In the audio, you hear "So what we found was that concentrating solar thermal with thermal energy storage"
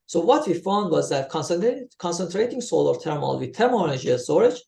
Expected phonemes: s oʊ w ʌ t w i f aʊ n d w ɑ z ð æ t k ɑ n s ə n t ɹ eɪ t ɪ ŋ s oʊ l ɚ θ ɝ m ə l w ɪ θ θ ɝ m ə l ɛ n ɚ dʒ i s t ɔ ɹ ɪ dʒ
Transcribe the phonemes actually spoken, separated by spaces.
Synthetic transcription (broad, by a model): s oʊ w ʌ t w i f aʊ n d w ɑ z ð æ t k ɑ n s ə n t ɹ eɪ t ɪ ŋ s oʊ l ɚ t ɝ m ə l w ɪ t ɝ m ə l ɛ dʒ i i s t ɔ ɹ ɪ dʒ